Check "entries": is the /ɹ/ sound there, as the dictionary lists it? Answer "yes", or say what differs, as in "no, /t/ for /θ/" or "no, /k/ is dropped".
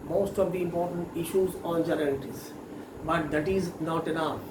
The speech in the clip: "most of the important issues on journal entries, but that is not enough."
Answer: no, /ɹ/ is dropped